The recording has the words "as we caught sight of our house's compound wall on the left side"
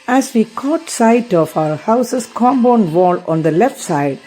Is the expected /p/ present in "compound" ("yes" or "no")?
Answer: no